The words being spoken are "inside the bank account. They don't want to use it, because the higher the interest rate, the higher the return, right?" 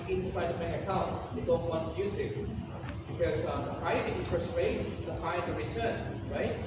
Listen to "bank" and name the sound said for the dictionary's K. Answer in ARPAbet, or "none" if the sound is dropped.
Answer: none